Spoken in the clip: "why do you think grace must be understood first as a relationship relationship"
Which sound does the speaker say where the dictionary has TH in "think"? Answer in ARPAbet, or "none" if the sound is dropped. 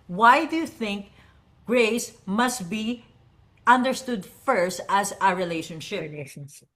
TH